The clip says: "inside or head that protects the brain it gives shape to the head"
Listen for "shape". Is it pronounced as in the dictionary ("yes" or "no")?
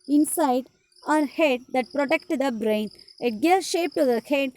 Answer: yes